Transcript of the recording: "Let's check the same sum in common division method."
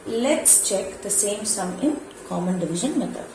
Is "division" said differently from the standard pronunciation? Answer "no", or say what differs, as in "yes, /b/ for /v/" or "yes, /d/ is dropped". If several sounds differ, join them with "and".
no